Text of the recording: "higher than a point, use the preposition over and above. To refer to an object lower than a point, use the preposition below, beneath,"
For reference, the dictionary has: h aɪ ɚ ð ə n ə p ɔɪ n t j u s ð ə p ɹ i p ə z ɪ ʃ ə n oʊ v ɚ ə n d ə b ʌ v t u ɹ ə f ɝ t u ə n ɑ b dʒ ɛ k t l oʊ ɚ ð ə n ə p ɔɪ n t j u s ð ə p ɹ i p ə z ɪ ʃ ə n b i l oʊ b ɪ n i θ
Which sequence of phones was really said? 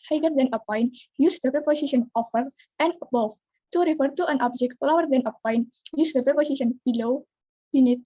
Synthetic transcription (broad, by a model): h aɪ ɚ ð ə n ə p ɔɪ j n j u s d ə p ɹ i p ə s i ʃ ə n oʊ f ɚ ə n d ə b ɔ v t u ɹ ə f ɝ t u ə n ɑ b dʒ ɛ k t l oʊ ɚ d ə n ə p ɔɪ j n j u s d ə p ɹ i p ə s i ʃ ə n b i l oʊ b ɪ n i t